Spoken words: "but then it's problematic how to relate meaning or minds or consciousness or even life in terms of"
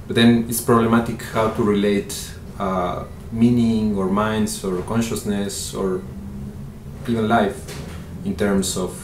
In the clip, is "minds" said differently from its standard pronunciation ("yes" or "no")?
yes